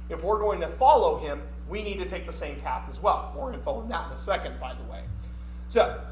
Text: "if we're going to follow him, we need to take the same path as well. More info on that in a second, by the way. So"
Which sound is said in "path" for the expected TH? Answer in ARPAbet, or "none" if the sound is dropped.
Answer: TH